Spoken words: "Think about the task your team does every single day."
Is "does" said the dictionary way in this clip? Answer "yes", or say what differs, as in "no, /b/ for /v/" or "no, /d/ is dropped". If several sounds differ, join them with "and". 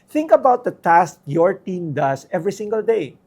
no, /s/ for /z/